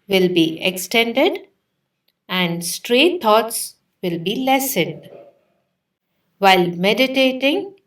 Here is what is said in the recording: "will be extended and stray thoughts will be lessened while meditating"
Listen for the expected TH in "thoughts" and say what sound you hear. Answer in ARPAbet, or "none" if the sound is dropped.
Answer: T